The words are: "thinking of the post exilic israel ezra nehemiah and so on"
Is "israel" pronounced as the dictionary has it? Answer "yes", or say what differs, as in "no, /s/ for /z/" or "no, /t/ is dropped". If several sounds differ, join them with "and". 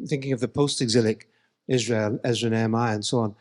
yes